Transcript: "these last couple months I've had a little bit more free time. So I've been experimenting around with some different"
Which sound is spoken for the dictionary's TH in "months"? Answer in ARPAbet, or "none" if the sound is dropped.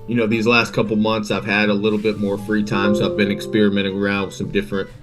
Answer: TH